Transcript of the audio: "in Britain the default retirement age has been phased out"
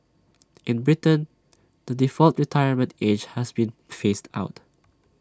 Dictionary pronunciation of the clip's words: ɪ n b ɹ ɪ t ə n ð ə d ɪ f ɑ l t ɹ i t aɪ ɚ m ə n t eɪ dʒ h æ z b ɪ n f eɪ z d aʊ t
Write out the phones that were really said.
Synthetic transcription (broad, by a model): ɪ n b ɹ ɪ t ə n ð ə d ɪ f ɑ l t ɹ i t aɪ ɚ m ə n t eɪ dʒ h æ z b ɪ n f eɪ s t aʊ t